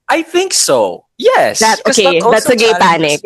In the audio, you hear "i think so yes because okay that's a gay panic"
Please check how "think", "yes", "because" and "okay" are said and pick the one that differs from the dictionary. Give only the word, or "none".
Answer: because